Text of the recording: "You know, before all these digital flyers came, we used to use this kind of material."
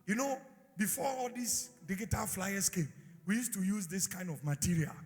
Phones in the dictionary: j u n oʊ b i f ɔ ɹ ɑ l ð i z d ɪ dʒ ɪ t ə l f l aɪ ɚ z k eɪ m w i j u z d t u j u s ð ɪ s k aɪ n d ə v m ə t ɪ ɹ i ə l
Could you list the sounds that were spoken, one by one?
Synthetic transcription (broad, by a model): j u n oʊ b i f ɔ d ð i s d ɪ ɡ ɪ t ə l f l aɪ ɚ s k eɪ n w i j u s t u j u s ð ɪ s k aɪ n d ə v m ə t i ɹ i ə l